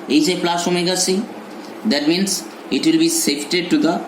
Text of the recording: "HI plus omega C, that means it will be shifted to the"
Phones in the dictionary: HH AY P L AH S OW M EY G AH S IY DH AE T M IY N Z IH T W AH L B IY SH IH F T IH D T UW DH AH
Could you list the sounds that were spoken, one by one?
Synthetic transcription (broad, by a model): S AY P L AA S OW M EY G AH S IY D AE T M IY N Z IH T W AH L B IY S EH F T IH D T UW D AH